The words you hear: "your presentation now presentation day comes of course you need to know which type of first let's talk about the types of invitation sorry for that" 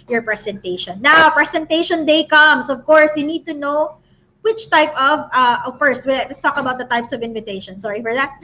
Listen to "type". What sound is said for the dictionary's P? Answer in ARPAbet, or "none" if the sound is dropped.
P